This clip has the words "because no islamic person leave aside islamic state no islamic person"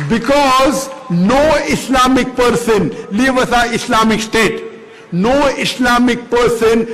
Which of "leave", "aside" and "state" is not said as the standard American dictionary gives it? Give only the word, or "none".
aside